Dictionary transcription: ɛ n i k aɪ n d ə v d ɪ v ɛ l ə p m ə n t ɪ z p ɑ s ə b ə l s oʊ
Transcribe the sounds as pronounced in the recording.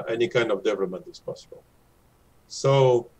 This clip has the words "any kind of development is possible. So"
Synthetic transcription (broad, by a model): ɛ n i k aɪ n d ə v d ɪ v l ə m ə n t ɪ s p ɑ s ə b ə l s oʊ